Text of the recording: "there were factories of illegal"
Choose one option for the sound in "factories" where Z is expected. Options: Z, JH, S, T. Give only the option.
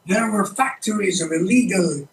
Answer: Z